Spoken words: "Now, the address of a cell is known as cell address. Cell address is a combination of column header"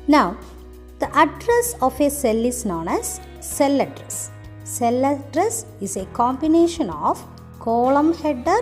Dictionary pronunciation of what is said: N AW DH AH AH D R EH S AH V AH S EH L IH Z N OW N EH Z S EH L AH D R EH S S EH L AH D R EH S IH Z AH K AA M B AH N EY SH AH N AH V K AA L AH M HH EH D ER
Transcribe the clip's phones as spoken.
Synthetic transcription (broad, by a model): N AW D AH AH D R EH S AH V AH S EH L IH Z N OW N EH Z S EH L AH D R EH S S EH L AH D R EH S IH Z AH K AA M B AH N EY SH AH N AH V K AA L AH M HH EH D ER